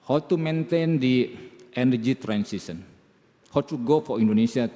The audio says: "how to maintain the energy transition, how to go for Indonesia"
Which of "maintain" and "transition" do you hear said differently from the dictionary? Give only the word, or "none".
transition